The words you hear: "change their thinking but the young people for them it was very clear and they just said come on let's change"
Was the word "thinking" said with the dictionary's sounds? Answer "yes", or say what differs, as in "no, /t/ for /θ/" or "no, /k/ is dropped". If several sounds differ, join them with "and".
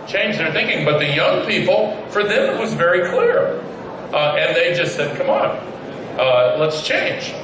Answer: yes